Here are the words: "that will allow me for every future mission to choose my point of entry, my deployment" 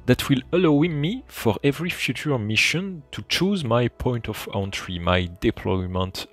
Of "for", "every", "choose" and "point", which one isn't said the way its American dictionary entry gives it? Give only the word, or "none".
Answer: none